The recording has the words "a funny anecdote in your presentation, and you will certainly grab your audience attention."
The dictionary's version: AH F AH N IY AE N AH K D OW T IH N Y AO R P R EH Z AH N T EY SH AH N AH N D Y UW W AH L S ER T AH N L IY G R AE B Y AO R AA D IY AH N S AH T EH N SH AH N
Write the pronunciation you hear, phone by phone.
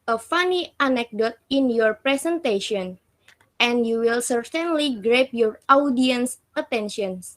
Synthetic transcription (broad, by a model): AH F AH N IY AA N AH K D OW T IH N Y AO R P R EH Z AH N T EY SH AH N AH N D Y UW W AH L S ER T AH N L IY G R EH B Y AO R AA D IY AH N S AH T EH N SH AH N